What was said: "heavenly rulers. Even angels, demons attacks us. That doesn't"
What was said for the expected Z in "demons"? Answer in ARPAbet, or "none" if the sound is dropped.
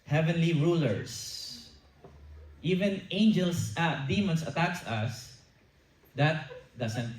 S